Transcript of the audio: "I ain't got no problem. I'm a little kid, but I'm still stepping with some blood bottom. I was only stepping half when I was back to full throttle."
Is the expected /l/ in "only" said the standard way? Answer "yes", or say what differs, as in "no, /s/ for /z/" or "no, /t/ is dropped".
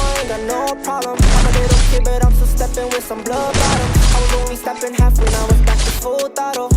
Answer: no, /w/ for /l/